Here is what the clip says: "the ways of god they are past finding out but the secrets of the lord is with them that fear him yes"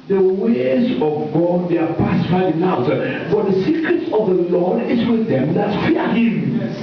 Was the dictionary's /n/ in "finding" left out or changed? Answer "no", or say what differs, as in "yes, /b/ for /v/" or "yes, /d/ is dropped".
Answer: yes, /n/ is dropped